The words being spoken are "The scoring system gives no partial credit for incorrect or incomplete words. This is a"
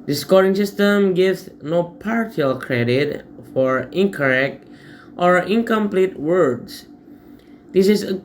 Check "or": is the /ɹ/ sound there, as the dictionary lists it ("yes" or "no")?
yes